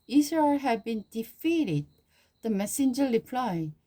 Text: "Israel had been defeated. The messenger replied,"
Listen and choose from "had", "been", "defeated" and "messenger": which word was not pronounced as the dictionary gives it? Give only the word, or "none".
none